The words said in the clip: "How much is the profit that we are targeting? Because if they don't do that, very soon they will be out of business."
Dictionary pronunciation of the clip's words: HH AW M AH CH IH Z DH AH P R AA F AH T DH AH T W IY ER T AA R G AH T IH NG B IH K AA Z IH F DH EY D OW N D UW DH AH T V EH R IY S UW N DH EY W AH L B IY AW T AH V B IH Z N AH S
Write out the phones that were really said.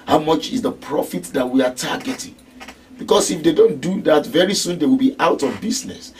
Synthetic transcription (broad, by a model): HH AW M AH CH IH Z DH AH P R AA F AH T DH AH T W IY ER T AA G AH T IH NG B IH K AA S IH F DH EY D OW N D UW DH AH T V EH R IY S UW N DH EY W AH L B IY AW T AH V B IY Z N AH S